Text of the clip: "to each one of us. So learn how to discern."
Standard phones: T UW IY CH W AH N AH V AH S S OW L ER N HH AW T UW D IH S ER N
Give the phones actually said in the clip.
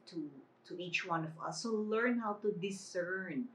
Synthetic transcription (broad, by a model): T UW IY CH W AH N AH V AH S S OW L ER N HH AW T UW D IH S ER N